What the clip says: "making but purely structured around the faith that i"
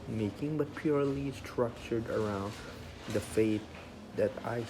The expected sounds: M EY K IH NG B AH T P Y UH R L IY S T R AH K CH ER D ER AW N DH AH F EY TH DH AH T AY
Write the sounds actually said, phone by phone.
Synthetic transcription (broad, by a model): M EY K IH NG B AH T P Y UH R L IY S T R AH K CH ER D ER AW N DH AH F EY T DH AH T AY